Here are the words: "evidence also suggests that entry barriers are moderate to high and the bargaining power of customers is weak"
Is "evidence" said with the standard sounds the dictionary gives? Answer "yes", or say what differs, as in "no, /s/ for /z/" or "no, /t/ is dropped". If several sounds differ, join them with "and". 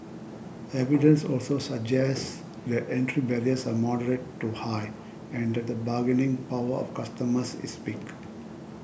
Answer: yes